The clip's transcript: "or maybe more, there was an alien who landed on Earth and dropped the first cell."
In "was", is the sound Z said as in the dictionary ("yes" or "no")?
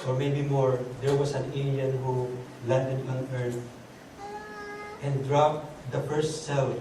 no